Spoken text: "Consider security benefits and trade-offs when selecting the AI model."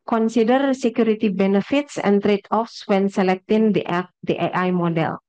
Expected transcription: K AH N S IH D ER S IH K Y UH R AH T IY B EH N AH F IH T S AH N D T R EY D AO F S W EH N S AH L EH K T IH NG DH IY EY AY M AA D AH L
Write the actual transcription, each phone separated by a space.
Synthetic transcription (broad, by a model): K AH N S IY D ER S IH K Y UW R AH T IY B EH N AH F IH T S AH N T R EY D AO F S W EH N S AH L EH K T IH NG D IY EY AY M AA D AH L